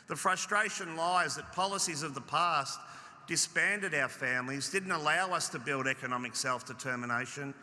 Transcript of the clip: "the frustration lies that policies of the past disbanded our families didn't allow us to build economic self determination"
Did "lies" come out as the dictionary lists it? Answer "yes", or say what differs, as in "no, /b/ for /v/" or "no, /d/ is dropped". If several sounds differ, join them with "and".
yes